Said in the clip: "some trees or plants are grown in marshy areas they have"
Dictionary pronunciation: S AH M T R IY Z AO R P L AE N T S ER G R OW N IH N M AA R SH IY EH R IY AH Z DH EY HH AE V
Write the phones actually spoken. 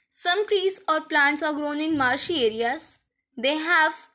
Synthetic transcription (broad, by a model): S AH M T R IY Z AO R P L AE N T S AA G R OW N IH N M AA R SH IY EH R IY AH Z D EY HH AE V